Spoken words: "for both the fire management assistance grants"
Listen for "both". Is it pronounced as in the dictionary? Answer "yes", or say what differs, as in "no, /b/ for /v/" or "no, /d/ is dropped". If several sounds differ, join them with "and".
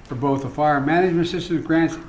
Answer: yes